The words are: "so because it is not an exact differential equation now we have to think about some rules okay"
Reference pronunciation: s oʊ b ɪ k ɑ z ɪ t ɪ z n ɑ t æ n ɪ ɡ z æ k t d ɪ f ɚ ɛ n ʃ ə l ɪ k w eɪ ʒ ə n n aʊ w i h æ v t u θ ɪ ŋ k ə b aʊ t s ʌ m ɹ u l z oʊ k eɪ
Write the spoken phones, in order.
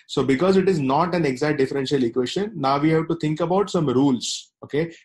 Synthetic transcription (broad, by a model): s oʊ b ɪ k ɑ z ɪ t ɪ z n ɑ t æ n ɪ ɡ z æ k t d ɪ f ɚ ɛ n ʃ ə l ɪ k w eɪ ʃ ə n n aʊ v i h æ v t u t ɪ ŋ k ə b aʊ t s ʌ m ɹ u l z oʊ k eɪ